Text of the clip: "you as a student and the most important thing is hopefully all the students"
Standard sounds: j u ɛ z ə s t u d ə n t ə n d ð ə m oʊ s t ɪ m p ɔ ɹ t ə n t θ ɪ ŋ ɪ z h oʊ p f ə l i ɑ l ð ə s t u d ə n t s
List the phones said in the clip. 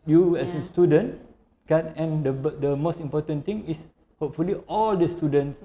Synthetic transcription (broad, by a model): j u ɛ s ə s t u d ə n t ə n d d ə m oʊ s t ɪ m p ɔ t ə n t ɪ ŋ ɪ s h oʊ p f ə l i ɑ l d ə s t u d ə n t s